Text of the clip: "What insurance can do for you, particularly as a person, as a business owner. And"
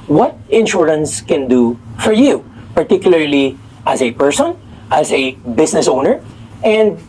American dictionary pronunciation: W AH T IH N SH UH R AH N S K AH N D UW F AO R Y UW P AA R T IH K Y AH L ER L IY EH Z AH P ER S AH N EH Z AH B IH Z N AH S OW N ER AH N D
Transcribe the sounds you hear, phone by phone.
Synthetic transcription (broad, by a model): W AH T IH N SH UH R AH N S K AH N D UW F AO R Y UW P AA R T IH K Y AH L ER L IY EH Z AH P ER S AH N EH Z AH B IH S N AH S OW N ER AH N D